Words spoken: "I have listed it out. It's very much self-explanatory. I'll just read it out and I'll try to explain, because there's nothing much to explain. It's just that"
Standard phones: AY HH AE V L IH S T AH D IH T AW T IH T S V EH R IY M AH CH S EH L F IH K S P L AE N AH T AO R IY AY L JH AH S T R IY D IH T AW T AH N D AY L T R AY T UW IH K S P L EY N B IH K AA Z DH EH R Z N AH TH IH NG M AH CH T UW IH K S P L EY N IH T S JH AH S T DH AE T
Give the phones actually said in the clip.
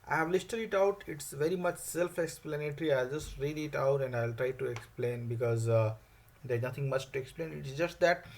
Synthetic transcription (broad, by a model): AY HH AE V L IH S T AH D IH T AW T IH T S V EH R IY M AH CH S EH L F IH K S P L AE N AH T R IY AY L JH AH S T R IY D IH T AW T AH N D AY L T R AY T UW IH K S P L EY N B IH K AA Z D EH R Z N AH T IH NG M AH CH T UW IH K S P L EY N IH T S JH AH S T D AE T